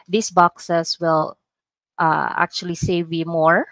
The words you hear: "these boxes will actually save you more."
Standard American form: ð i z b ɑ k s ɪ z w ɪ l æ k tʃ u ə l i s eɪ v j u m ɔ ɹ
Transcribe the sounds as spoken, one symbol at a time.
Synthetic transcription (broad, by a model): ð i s b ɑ k s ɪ s w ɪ l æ k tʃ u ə l i s eɪ v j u m ɔ ɹ